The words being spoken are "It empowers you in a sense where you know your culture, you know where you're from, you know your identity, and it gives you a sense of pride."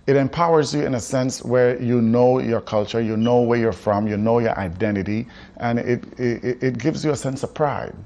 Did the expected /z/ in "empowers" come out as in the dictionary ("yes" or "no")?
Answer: yes